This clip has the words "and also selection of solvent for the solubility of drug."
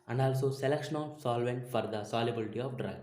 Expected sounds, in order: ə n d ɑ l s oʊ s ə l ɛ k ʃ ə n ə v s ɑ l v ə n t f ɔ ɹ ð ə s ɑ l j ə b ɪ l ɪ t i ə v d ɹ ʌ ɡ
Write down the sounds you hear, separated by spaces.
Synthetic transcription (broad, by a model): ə n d ɑ l s oʊ s ə l ɛ k ʃ ə n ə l s ɑ l v ə n t f ɔ ɹ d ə s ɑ l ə b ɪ l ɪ t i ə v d ɹ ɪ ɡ